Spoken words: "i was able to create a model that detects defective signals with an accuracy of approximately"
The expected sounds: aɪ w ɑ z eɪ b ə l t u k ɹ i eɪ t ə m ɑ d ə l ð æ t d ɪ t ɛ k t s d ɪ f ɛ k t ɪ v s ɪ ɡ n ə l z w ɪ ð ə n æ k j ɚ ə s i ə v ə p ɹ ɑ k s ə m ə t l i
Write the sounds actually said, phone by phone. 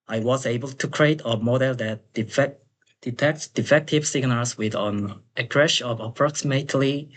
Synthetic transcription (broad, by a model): aɪ w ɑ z eɪ b ə l t u k ɹ i eɪ t ə m ɑ d ə l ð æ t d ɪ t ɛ k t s d ɪ f ɛ k t ɪ v s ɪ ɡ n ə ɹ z w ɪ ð ə n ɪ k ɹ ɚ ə ʃ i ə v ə p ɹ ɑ k s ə m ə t l i